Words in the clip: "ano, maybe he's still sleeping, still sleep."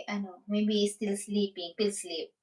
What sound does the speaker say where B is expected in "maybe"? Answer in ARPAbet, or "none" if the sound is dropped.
none